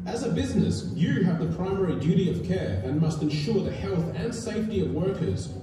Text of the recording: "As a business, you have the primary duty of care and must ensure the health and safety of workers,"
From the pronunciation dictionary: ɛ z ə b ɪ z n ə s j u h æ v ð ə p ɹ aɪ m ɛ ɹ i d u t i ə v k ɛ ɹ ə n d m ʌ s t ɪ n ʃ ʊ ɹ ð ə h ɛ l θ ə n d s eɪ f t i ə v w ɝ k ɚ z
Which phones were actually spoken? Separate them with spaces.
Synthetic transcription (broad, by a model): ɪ z ə b ɪ z n ə s j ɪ v ð ə p ɹ aɪ m ɛ ɹ i d u t i ə v k ɛ ɹ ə n m ʌ s t ɪ n ʃ ʊ ɹ ð ə h ɛ l θ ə n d s eɪ f t i ə v w ɝ k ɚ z